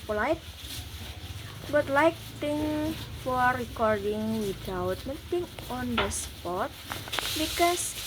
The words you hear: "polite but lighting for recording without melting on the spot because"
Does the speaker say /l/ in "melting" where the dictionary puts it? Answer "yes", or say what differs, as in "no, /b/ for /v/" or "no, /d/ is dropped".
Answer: no, /l/ is dropped